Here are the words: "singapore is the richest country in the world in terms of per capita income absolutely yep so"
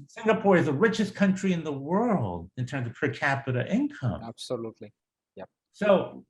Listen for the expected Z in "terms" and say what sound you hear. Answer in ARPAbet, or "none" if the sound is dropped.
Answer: Z